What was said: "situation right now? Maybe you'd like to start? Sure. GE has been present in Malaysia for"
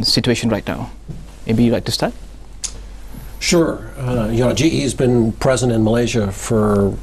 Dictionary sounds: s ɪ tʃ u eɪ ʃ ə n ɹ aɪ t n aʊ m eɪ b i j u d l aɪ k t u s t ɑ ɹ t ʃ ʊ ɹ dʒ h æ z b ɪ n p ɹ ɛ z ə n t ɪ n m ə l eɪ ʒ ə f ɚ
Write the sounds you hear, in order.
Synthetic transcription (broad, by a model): s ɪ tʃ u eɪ ʃ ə n ɹ aɪ t n aʊ m eɪ b i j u l aɪ k t u s t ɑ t ʃ ʊ ɹ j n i z b ɪ n p ɹ ɛ z ə n t ɪ n m ə l eɪ ʒ ə f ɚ